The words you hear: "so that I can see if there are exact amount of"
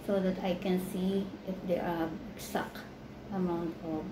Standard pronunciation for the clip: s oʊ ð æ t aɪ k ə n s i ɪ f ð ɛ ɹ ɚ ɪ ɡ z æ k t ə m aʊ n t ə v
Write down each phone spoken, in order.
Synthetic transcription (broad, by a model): s oʊ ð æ t aɪ k ə n s i ɪ f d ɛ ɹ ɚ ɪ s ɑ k ə m aʊ n t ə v